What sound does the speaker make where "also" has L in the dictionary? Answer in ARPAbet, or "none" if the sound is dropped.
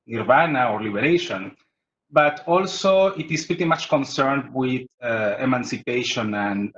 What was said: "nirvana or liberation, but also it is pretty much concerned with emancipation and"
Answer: L